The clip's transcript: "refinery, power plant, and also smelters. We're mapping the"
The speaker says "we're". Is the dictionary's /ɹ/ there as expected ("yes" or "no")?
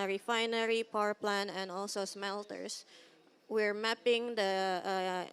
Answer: yes